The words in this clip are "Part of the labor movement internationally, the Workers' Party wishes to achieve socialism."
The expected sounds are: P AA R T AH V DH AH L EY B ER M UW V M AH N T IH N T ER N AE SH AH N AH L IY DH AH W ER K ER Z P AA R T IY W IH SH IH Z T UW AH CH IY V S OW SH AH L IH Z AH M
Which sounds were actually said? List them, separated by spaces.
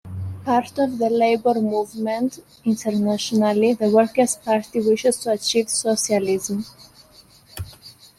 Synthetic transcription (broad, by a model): P AA R T AH V DH AH L EY B ER M UW V M AH N T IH N T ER N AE SH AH N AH L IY DH AH W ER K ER S P AA R T IY W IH SH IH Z T UW AH CH IY V S OW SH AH L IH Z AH M